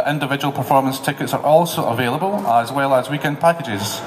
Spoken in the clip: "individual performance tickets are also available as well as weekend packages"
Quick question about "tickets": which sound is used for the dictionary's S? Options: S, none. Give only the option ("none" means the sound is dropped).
S